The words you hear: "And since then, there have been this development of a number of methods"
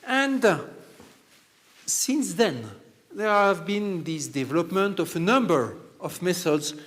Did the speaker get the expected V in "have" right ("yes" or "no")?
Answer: yes